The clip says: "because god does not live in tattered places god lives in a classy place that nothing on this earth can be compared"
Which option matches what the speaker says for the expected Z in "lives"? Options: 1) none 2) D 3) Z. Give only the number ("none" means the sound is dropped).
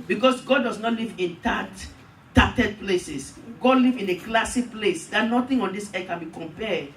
1